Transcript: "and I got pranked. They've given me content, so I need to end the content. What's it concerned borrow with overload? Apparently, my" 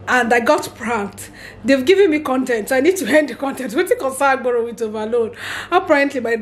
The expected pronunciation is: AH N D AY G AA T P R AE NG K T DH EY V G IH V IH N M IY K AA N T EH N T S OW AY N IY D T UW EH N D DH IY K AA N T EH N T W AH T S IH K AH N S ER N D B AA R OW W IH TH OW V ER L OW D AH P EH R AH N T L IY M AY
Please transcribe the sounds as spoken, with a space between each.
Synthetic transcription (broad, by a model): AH N D AY G AA T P R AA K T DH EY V G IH V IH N M IY K AA N T EH N T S AY N IY D T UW EH N D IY K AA N T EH N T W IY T IH K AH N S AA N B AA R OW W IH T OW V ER L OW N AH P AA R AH N T L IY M AY